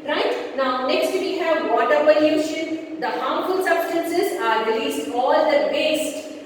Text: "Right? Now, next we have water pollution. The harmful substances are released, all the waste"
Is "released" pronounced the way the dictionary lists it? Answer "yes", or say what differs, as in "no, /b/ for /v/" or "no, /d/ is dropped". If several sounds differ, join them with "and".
yes